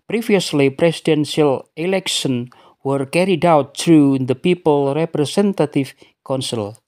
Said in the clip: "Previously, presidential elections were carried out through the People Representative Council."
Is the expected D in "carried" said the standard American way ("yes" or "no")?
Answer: yes